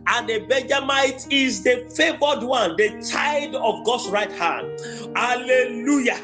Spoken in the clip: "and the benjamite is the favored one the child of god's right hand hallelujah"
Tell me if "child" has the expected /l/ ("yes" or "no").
no